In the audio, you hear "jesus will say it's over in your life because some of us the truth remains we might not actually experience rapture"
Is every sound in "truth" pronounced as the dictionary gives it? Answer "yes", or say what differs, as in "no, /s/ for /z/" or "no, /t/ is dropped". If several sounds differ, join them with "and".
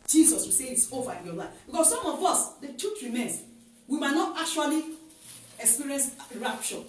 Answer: no, /ɹ/ is dropped and /t/ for /θ/